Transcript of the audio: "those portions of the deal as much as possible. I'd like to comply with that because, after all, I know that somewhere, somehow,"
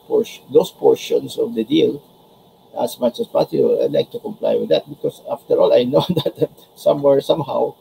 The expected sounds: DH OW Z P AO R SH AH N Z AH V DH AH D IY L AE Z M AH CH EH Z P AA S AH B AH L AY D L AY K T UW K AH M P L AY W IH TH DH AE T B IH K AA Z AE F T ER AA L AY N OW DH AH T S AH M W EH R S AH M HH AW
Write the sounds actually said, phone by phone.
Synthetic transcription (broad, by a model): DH OW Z P AO R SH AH N S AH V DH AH D IY L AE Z M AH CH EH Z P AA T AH AH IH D L AY K T UW K AH M P L AY W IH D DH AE T B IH K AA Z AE F T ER AA L AY N OW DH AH T S AH M W EH R S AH M HH AW